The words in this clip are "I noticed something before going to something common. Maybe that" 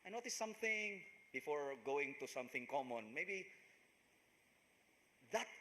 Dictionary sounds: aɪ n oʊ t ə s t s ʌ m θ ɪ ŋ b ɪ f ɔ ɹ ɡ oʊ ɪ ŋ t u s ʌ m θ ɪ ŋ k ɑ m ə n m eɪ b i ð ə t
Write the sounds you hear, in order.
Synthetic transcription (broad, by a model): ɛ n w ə t s ʌ m θ ɪ ŋ b ɪ f ɔ ɹ ɡ oʊ ɪ ŋ t u s ʌ m θ ɪ ŋ k ɑ m ə n m eɪ b i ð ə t